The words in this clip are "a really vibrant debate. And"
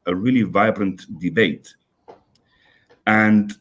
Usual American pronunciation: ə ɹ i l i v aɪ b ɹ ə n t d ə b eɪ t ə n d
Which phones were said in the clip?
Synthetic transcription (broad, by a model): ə ɹ i l i v aɪ b ɹ ə n t d ə b eɪ t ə n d